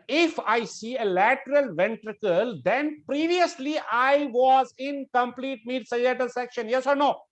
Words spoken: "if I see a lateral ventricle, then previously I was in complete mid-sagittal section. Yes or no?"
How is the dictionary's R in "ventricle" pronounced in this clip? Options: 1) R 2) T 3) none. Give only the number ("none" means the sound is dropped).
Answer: 1